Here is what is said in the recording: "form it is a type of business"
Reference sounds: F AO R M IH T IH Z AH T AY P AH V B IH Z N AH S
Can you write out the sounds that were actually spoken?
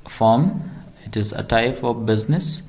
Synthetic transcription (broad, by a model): F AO M IH T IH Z AH T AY F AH B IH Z N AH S